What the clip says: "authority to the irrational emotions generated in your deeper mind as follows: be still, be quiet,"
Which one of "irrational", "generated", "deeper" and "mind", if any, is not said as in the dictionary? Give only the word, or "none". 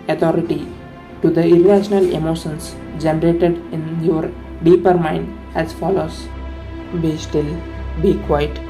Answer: none